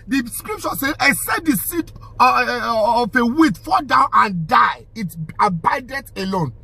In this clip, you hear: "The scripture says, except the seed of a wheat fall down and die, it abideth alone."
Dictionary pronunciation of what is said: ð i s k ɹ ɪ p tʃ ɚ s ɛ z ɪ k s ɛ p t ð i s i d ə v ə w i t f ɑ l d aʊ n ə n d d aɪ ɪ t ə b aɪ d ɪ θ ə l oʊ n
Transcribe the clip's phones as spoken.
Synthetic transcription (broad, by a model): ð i s k ɹ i p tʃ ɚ s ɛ ɪ s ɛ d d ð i s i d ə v ə w i t f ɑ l d aʊ n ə n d d aɪ ɪ t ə b aɪ d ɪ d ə l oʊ n